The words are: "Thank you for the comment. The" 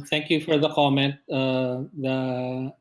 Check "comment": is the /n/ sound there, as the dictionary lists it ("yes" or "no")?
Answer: yes